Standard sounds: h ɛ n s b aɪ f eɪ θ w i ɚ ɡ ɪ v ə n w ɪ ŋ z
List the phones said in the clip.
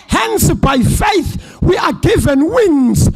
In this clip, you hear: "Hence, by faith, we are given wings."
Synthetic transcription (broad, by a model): h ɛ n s b aɪ f eɪ θ w i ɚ ɡ ɪ v ə n w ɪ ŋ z